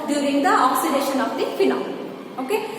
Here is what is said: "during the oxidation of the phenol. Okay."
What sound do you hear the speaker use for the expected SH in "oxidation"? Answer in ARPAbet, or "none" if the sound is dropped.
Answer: SH